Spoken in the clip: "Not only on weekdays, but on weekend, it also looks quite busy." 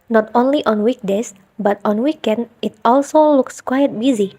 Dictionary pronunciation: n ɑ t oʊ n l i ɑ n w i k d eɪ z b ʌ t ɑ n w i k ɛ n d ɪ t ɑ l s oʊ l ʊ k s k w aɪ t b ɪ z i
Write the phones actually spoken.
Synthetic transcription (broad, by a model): n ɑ t oʊ n l i ɑ n w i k d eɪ s b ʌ t ɑ n w i k ɛ n d ɪ t ɑ l s oʊ l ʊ k s k w aɪ t b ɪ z i